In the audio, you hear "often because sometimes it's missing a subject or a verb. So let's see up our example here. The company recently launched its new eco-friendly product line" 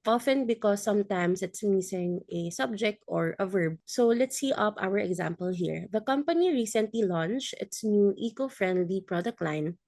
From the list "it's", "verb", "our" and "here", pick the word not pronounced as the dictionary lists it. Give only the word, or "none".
none